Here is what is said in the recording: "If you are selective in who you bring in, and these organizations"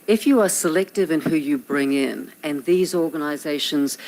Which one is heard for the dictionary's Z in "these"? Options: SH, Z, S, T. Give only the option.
Z